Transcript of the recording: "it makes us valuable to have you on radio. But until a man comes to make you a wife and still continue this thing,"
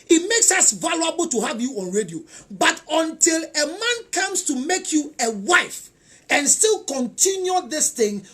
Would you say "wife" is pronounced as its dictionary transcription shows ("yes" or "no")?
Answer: yes